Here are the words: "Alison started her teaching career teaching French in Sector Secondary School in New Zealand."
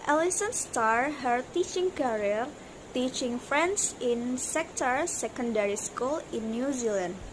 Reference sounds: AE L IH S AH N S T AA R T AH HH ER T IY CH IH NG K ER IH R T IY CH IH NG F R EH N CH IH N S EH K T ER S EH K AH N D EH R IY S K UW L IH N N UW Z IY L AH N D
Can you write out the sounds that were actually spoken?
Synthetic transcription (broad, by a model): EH L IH S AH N S T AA R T HH ER T IY CH IH NG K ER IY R T IY CH IH NG F R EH N S IH N S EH K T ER S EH K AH N D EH R IY S K UW L IH N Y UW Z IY L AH N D